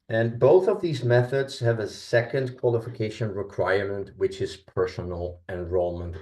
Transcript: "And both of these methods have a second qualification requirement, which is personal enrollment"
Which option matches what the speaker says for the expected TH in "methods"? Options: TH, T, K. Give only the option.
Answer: TH